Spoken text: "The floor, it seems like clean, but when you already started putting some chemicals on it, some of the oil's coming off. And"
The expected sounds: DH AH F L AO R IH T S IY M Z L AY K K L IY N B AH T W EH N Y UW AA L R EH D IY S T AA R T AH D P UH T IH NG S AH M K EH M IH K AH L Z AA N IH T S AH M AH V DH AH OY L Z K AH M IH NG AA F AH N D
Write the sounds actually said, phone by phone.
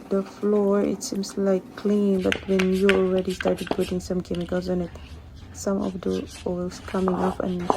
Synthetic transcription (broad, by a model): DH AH F L AO R IH T S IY M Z L AY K K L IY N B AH T W EH N Y UW AA L R EH D IY S T AA R T AH D P UH T IH NG S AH M K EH M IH K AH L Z AA N IH T S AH M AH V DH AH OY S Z K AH M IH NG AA P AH N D